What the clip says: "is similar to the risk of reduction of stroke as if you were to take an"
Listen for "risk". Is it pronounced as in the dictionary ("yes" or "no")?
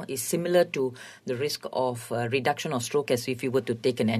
yes